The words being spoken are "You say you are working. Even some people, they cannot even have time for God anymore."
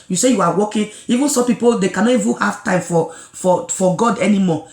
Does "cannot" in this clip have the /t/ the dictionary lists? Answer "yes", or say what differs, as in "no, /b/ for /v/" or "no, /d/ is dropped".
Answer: no, /t/ is dropped